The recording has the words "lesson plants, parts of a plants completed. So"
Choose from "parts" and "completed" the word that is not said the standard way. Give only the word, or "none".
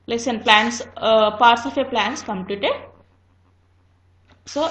none